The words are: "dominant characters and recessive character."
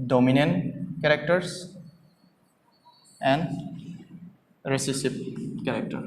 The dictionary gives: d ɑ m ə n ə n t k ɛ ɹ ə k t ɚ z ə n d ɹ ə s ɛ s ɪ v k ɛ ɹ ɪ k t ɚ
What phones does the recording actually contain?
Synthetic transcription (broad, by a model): d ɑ m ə n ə n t k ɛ ɹ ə k t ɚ s ə n d ɹ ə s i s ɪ p k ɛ ɹ k t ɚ